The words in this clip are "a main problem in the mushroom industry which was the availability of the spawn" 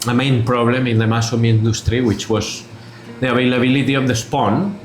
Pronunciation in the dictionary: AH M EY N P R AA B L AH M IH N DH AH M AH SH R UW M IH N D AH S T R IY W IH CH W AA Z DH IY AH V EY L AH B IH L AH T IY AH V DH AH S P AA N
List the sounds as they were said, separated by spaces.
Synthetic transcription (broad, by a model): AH M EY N P R AA B L AH M IH N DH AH M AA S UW M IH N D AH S T R IY W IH CH W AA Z DH IY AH B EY L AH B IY L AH T IY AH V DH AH S P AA N